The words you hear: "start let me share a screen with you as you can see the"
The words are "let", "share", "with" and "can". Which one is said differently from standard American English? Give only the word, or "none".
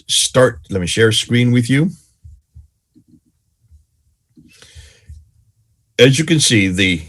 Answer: none